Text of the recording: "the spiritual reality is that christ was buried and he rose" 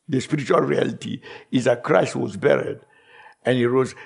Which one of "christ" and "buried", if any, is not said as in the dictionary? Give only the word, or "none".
none